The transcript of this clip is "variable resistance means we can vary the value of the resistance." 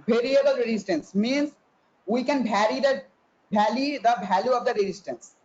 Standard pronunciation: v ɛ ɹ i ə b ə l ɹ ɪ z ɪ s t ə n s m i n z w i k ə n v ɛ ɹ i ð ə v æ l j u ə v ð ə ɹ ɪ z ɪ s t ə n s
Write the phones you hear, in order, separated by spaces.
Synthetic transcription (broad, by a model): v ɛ ɹ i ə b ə l ɹ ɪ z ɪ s t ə n s m i n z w i k ə n b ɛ ɹ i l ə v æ l j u ə v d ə ɹ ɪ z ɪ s t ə n s